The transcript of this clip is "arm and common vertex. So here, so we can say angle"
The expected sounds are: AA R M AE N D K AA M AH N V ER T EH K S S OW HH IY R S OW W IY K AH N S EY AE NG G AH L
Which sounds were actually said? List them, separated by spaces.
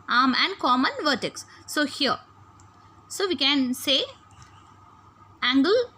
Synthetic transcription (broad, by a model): AA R M AE N D K AA M AH N V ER T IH K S S OW HH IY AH S OW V IY K AH N S EY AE NG G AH L